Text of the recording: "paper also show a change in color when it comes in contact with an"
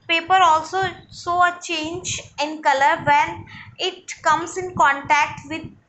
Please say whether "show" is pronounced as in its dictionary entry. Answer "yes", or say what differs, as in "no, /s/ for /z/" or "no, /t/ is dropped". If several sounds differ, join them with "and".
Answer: no, /s/ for /ʃ/